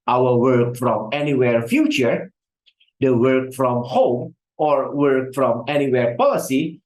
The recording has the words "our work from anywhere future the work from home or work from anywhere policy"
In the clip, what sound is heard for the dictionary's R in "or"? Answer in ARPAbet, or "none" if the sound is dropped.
R